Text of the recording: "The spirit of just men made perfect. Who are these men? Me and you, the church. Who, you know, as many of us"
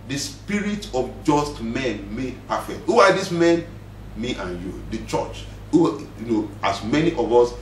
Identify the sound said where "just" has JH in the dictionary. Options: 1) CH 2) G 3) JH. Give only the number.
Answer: 3